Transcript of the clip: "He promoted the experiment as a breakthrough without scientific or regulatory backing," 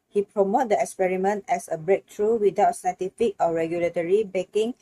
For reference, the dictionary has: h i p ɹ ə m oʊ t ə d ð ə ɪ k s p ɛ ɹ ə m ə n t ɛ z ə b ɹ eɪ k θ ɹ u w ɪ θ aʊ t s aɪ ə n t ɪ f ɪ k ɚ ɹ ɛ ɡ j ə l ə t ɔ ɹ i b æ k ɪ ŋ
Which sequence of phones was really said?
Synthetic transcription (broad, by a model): h i p ɹ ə m oʊ t d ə ɪ k s p ɛ ɹ ə m ə n t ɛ s ə b ɹ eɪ k t ɹ u w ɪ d aʊ t s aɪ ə t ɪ f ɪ k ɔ ɹ ɛ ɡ j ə l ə t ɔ ɹ i b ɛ k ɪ ŋ